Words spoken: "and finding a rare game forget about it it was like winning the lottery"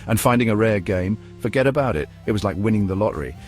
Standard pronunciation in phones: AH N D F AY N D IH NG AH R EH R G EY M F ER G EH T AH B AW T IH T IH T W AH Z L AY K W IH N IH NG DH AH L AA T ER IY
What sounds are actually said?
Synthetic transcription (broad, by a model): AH N F AY N D IH NG AH R EH R G EY M F ER G EH T AH B AW T IH T IH T W AH Z L AY K W IH N IH NG DH AH L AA T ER IY